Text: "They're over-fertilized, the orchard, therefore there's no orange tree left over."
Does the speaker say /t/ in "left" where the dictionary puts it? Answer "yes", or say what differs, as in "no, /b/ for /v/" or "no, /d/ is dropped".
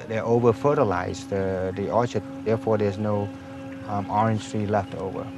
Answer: yes